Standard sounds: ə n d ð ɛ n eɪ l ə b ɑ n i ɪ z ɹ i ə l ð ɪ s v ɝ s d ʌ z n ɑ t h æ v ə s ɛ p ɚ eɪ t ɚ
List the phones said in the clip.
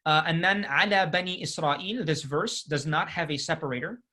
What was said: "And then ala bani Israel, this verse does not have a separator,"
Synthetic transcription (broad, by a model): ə n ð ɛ n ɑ l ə b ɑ n i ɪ s ɹ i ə l ð ɪ s v ɝ s d ʌ z n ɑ t h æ v ə s ɛ p ɚ eɪ t ɚ